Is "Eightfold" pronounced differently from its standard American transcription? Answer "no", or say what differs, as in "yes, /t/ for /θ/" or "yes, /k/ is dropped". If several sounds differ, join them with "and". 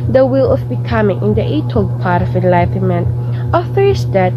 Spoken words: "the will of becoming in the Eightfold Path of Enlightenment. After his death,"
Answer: yes, /f/ is dropped